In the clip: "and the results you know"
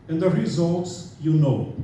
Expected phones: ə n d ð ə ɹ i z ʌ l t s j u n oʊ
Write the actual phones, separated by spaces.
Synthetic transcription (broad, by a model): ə n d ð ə ɹ i z ʌ l t s j u n oʊ